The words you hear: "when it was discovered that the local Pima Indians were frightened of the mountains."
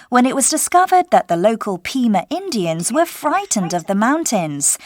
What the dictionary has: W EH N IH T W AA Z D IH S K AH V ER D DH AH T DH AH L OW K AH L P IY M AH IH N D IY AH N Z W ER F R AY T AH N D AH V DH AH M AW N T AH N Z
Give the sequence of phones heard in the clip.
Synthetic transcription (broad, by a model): W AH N IH T W AA Z D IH S K AH V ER D DH AH T DH AH L OW K AH L P IY M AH IH N D IY AH N Z W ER F R AY T N D AH V DH AH M AW N T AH N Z